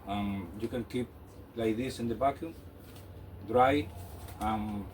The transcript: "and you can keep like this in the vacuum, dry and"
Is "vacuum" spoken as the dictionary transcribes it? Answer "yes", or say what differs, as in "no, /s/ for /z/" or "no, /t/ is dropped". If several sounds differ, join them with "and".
no, /b/ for /v/